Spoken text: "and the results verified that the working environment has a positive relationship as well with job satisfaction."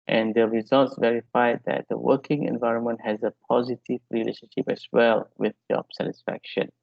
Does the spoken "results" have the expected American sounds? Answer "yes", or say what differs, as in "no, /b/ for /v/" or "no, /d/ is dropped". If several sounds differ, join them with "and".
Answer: yes